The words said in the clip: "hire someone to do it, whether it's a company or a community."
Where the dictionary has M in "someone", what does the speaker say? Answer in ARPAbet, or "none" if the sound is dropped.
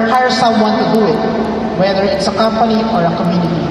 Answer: none